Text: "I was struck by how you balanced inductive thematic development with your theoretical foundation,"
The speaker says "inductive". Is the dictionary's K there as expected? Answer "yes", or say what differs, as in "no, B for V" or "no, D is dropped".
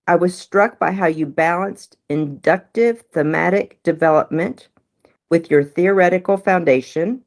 yes